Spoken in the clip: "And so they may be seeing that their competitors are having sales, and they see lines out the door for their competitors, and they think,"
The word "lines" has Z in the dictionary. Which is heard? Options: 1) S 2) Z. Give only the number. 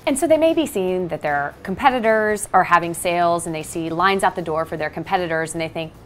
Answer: 2